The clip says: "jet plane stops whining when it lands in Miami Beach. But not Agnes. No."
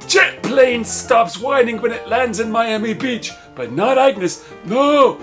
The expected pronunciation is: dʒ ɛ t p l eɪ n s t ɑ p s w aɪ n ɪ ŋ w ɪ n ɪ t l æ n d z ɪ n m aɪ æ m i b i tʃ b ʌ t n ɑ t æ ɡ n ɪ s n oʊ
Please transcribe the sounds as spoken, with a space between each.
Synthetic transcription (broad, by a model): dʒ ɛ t p l eɪ n s t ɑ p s w aɪ n ɪ ŋ w ɪ n ɪ t l æ n d z ɪ n m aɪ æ m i b i tʃ b ʌ t n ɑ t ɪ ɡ n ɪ s n oʊ